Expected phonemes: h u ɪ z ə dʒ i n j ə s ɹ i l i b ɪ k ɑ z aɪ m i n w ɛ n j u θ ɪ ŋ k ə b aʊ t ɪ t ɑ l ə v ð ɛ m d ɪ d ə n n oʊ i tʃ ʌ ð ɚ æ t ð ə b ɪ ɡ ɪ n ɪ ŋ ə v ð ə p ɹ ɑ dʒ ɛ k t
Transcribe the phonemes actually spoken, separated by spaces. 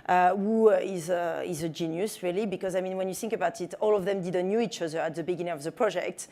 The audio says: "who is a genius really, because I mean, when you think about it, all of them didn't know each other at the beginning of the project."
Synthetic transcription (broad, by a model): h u ɪ z ə dʒ i n j ə s ɹ i l i b ɪ k ɑ z aɪ m i n w ɛ n j u θ ɪ ŋ k ə b aʊ t ɪ t ɑ l ə v ð ɛ m d ɪ d ə n n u i tʃ ʌ ð ɚ æ t ð ə b ɪ ɡ ɪ n ɪ ŋ ə v ð ə p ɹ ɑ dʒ ɛ k t